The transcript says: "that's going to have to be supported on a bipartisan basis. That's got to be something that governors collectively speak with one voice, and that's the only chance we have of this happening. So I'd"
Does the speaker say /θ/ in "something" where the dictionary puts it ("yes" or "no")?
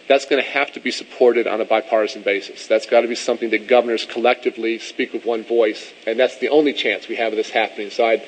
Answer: yes